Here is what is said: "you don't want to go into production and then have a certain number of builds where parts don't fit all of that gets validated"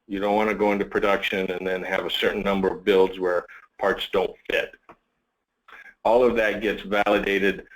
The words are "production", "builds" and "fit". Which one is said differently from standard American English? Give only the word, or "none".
none